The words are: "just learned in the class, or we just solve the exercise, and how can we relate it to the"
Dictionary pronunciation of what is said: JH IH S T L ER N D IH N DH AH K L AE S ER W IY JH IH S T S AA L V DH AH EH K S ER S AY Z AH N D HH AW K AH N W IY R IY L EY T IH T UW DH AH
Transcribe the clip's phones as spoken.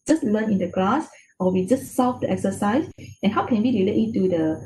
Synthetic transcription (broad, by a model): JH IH S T L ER N IH N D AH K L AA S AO W IY JH IH S T S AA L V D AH EH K S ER S AY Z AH N HH AW K AH N W IY R IY L EY T IH T UW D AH